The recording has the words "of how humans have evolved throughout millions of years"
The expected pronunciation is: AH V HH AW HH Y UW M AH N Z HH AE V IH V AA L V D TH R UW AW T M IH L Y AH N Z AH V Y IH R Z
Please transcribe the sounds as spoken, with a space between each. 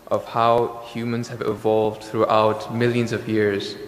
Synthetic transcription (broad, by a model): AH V HH AW HH Y UW M AH N Z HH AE V IH V AA L V D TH R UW AW T M IH L Y AH N Z AH V Y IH R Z